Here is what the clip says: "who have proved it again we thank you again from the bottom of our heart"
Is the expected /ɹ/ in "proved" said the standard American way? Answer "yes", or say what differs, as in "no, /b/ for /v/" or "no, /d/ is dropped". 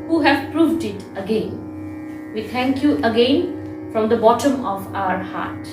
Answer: yes